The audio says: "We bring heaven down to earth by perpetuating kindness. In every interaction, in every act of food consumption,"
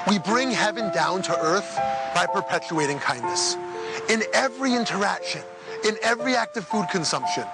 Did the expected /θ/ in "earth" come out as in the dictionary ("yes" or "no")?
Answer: yes